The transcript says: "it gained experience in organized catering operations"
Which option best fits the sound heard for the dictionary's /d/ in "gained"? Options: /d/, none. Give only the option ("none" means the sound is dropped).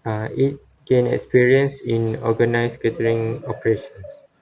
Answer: none